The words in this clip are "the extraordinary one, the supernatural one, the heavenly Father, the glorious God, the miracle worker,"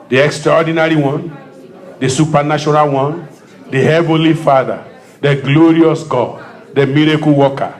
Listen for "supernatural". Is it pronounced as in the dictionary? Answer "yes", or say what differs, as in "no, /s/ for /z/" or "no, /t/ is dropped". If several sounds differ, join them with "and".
no, /ʃ/ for /tʃ/